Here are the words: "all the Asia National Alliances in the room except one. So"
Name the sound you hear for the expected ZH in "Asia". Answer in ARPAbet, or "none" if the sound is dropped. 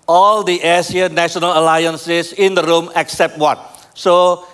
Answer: S